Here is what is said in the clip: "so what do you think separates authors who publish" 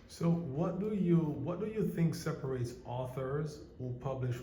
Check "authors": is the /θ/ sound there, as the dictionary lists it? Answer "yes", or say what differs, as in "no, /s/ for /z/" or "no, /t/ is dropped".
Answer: yes